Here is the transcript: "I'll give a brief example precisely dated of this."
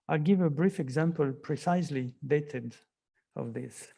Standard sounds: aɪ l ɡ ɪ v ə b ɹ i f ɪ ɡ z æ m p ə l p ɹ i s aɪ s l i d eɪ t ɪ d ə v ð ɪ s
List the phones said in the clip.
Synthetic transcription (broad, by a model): aɪ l ɡ ɪ v ə b ɹ i f ɪ ɡ z æ m p ə l p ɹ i s aɪ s l i d eɪ t ɪ d ə v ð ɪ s